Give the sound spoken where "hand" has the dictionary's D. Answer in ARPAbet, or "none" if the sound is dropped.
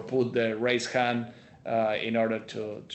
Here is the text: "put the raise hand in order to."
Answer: none